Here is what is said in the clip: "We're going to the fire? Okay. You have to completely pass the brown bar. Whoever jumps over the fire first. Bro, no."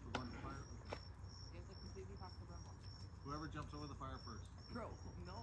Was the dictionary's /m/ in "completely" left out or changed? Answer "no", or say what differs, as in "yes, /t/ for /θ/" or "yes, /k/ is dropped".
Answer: yes, /m/ is dropped